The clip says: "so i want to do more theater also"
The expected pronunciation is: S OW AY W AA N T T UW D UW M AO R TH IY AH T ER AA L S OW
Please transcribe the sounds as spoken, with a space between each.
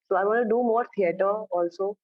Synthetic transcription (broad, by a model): S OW AY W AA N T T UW D UW M AO R T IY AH T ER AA L S OW